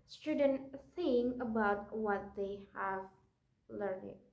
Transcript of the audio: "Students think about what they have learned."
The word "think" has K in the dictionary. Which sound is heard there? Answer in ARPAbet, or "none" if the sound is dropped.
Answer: none